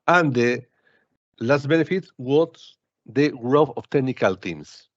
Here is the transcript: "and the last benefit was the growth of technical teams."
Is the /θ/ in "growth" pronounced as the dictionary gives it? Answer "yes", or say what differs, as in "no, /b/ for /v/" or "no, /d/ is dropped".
no, /f/ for /θ/